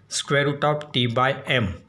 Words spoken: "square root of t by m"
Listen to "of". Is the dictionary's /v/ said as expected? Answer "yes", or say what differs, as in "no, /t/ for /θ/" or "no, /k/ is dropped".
no, /p/ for /v/